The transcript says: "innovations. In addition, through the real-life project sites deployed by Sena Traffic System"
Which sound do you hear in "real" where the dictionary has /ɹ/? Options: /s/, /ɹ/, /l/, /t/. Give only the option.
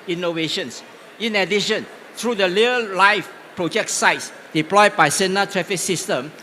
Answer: /l/